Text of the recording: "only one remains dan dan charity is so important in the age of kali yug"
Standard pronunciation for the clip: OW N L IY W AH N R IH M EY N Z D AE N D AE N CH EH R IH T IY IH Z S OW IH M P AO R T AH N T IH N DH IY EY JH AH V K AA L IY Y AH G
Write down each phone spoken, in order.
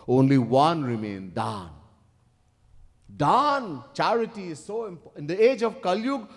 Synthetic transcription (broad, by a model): OW N L IY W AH N R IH M EY N D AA N D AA N CH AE R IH T IY IH Z S OW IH M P IH N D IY EY JH AH V K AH L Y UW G